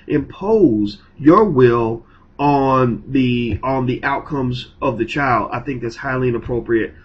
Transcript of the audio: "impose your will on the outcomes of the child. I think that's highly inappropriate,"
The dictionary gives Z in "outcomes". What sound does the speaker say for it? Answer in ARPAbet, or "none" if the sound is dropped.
Z